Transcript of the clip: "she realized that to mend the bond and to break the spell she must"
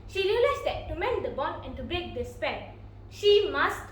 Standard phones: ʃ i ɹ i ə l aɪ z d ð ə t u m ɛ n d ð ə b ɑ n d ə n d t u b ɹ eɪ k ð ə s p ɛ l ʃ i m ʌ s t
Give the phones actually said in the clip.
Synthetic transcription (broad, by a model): ʃ i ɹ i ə l aɪ s d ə t u m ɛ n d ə b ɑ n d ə n t u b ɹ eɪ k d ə s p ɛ n ʃ i m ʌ s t